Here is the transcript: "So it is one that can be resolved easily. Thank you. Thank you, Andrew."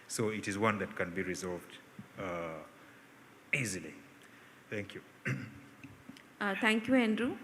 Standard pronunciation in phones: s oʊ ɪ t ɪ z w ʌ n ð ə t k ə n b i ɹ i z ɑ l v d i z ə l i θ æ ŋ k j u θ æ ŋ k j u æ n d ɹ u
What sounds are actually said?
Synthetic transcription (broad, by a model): s oʊ ɪ t ɪ z w ʌ n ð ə t k ə n b i ɹ i z ɑ l v d i z ə l i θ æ ŋ k j u t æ ŋ k j u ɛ n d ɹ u